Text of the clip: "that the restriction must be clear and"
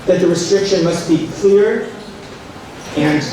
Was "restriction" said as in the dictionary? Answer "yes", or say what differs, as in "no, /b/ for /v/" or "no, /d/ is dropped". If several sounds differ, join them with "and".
yes